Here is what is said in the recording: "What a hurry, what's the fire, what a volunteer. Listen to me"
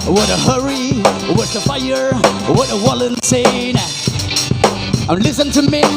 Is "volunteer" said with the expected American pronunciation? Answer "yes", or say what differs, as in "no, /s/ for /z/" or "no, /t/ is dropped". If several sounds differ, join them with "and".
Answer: no, /w/ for /v/